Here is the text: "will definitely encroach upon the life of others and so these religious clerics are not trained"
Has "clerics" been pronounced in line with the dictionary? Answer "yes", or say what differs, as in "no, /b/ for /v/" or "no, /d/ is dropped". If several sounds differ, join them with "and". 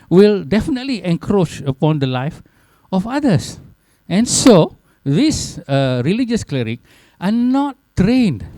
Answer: no, /s/ is dropped